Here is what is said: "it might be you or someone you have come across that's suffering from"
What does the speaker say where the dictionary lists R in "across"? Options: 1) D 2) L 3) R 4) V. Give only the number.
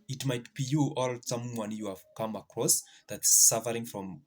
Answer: 3